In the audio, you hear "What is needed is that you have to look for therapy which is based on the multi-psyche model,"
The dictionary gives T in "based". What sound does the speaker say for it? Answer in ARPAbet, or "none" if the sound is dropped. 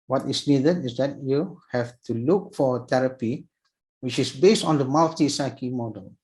T